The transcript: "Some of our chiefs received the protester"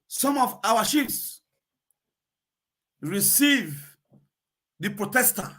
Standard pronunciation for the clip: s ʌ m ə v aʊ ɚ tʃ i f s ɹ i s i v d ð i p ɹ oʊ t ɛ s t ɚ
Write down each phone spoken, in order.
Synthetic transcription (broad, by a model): s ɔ m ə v aʊ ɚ ʃ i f s ɹ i s i v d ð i p ɹ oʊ t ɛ s t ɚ